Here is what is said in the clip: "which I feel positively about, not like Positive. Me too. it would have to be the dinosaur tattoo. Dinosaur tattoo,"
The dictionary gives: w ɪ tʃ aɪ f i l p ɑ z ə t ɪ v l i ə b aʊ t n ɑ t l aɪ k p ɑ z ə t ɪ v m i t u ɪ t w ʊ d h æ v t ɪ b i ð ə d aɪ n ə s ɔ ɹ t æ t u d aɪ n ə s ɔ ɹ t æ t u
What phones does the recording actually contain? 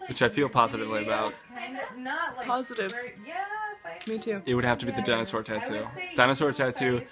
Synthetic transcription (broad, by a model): w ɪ tʃ aɪ f i l p ɑ z ə t ɪ v l i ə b aʊ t t p ɑ z ə t ɪ v m i t u ɪ t w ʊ d h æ f t ɪ b i ð ə d aɪ n ə s ɔ ɹ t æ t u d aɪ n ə s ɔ ɹ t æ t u